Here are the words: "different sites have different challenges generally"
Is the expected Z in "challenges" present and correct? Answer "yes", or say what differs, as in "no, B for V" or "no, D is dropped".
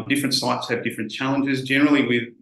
yes